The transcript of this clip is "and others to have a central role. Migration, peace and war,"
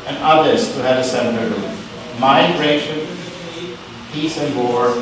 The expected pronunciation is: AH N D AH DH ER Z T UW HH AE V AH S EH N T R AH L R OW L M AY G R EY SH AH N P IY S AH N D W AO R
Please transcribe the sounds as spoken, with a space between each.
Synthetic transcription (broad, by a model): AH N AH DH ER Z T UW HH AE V AH S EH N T AH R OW M AY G R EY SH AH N P IY S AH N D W AO R